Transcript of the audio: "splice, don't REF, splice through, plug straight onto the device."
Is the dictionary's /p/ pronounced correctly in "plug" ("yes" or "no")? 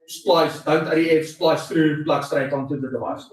no